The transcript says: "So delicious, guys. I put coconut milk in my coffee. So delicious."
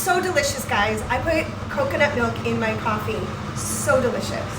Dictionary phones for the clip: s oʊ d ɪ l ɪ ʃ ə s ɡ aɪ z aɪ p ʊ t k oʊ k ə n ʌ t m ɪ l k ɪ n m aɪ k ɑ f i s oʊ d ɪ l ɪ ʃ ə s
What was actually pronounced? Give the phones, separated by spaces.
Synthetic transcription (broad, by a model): s oʊ d ɪ l ɪ ʃ ə s ɡ aɪ z aɪ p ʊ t k oʊ k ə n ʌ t m ɪ l k ɪ n m aɪ k ɑ f i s oʊ d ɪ l ɪ ʃ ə s